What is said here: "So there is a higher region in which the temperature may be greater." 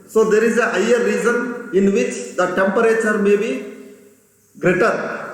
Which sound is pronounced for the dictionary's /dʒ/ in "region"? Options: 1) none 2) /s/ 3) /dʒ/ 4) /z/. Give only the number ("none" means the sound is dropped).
4